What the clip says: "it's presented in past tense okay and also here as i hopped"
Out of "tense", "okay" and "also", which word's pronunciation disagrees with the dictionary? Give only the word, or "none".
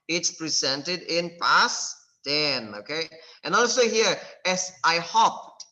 tense